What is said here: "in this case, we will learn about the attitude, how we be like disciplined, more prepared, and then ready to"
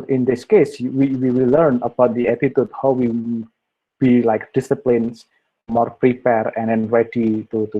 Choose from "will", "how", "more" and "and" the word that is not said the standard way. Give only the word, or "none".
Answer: will